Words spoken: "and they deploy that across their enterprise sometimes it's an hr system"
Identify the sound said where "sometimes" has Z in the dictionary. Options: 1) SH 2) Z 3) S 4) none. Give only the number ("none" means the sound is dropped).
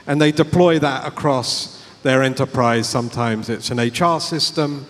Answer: 2